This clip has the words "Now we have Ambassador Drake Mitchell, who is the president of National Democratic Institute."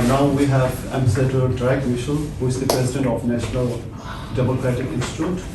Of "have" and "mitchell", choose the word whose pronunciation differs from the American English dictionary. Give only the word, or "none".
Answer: mitchell